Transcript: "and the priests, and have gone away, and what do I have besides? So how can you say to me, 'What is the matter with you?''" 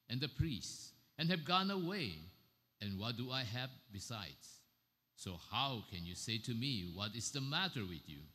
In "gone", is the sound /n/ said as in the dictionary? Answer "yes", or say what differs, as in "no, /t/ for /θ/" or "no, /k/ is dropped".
yes